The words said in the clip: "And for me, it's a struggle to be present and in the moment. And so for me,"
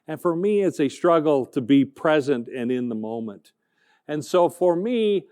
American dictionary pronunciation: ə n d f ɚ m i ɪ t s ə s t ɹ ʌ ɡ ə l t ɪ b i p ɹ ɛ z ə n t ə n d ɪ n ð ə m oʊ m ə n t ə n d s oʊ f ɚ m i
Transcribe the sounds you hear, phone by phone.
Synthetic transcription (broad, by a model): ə n f ɚ m i ɪ t s ə s t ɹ ʌ ɡ l t ɪ b i p ɹ ɛ z ə n t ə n ɪ n ð ə m oʊ m ə n t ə n s oʊ f ɚ m i